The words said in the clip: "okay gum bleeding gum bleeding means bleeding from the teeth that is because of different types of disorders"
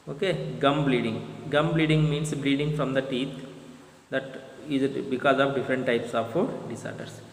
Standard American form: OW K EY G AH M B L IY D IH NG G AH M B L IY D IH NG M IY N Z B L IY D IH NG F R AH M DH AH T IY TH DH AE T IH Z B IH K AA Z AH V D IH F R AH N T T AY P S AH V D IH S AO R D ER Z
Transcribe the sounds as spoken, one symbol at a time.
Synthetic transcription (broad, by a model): OW K EY G AH M B L IY D IH NG G AH M B L IY D IH NG M IY N S B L IY D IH NG F R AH M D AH T IY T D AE T IH Z B IH K AA Z AH V D IH F R AH N T T AY P S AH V D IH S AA R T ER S